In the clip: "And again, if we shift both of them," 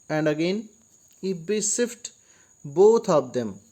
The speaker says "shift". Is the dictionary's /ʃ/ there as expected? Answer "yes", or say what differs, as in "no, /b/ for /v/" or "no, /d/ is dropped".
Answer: no, /s/ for /ʃ/